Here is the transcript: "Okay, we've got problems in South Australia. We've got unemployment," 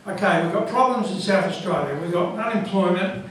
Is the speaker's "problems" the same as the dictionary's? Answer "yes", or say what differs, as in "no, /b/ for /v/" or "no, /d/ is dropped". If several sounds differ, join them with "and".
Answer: yes